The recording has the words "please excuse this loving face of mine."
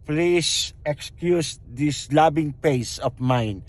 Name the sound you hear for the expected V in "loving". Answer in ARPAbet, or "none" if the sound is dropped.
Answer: B